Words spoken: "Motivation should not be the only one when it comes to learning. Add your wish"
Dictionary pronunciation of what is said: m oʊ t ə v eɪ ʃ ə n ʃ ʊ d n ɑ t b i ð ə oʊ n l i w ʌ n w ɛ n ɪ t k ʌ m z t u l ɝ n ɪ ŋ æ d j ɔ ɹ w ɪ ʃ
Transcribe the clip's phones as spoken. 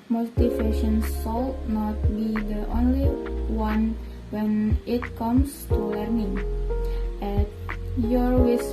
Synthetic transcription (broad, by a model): m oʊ t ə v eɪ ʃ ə n s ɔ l n ɑ t b i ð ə oʊ n l i w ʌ n w ɛ n ɪ t k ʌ m s t u l ɝ n ɪ ŋ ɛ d j ɔ ɹ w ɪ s